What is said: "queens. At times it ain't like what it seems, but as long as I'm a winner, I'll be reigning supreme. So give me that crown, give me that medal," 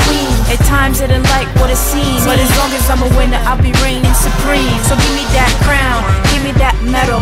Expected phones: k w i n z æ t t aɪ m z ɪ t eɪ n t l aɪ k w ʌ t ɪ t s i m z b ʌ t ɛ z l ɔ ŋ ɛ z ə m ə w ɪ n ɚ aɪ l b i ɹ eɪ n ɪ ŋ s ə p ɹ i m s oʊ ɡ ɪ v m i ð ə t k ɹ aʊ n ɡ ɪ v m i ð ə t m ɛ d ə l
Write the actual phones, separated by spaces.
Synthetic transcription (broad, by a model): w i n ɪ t t aɪ m z ɪ t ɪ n l aɪ k w ʌ t ɪ t s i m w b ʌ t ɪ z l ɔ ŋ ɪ s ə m ə w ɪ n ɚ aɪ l b i ɹ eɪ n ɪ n s ə p ɹ i m s oʊ ɡ ɪ v m i ð ə t k ɹ aʊ n ɡ ɪ v m i ð ə t m ɛ d l